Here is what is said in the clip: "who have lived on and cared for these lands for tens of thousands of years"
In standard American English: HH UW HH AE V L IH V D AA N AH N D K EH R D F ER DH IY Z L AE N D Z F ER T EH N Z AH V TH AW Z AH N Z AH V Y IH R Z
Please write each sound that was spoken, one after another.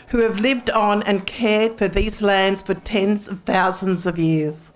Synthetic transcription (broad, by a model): HH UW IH V L IH V D N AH N K EH R D F ER DH IY Z L AE N D Z F ER T EH N Z AH V TH AW Z AH N Z AH V Y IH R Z